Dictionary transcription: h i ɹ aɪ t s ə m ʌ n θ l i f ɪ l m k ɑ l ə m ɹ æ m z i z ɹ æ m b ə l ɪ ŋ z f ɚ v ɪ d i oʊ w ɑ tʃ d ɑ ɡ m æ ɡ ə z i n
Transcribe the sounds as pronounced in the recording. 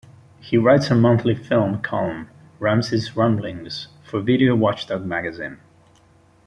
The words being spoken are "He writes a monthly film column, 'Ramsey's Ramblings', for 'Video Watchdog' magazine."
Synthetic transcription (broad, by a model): h i ɹ aɪ t s ə m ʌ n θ l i f ɪ l m k ɑ l ə m ɹ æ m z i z ɹ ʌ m b l ɪ ŋ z f ɚ v ɪ d i oʊ w ɑ tʃ d ɑ ɡ m æ ɡ ə z i n